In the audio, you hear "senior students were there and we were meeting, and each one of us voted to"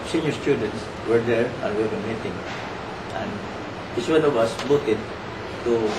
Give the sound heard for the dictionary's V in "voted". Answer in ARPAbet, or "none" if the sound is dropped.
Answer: B